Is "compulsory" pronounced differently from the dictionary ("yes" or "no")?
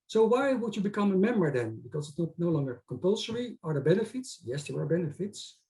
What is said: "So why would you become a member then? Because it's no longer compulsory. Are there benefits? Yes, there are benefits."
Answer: no